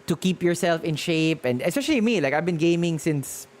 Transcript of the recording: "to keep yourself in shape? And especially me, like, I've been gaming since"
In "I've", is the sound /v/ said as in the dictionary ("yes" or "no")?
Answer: yes